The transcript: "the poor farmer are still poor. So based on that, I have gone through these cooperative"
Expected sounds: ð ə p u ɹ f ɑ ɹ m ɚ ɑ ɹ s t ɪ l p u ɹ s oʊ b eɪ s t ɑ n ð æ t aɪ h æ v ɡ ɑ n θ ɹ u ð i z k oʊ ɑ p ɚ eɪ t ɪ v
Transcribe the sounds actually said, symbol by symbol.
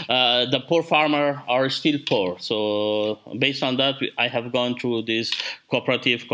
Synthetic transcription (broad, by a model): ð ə p u ɹ f ɑ ɹ m ɚ ɑ ɹ s t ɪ l p u ɹ s oʊ b eɪ s t ɑ n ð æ t aɪ h æ v ɡ ɑ n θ ɹ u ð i s k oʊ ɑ p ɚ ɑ t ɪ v